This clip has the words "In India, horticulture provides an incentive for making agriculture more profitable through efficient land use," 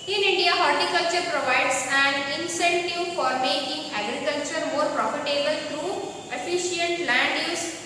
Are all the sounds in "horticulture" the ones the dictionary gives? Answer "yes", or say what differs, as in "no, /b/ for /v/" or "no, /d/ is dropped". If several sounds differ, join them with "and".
yes